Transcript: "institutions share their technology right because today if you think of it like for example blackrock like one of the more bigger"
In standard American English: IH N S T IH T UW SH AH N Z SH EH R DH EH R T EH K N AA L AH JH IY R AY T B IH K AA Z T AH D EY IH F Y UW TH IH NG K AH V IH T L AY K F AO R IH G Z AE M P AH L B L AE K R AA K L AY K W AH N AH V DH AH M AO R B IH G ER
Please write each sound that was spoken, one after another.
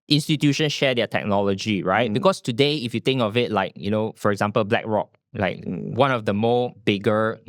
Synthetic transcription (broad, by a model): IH N S T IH T UW SH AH N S SH EH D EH T EH K N AA L AH JH IY R AY T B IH K AA S T AH D EY IH F Y UW T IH NG K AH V IH T L AY K F AO R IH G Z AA M P AH L B L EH K R AA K L AY K W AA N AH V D AH M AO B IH G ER